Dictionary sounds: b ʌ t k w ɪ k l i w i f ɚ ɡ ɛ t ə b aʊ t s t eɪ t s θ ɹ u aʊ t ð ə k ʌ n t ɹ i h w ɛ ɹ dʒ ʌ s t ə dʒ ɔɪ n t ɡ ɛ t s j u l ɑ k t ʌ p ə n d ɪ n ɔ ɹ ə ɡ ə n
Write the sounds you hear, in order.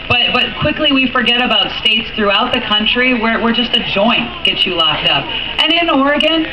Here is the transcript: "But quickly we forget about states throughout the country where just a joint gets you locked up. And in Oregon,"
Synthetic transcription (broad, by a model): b ʌ t k w ɪ k l i w i f ɚ ɡ ɛ t ə b aʊ t s t eɪ t s θ ɹ u aʊ t ð ə k ʌ n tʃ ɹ i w w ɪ ɹ dʒ ʌ s t ə dʒ ɔɪ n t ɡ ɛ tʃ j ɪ l ɑ k t ʌ p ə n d ɪ n ɔ ɹ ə ɡ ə n